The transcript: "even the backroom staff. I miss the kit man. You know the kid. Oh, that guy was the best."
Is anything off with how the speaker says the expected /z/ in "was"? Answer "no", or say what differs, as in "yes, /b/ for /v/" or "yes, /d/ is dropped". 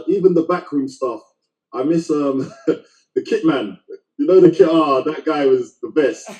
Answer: no